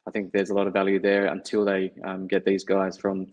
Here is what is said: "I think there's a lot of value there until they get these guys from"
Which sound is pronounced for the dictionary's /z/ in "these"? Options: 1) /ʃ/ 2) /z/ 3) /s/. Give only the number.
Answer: 2